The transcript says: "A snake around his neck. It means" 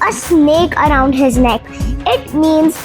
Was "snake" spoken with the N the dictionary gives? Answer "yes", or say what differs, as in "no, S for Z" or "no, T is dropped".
yes